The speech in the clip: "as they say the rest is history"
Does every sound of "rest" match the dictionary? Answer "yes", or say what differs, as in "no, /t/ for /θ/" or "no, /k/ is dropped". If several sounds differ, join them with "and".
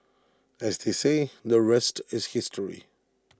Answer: yes